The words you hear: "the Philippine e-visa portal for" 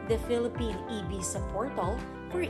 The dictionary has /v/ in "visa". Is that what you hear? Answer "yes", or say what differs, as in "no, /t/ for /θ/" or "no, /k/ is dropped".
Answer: no, /b/ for /v/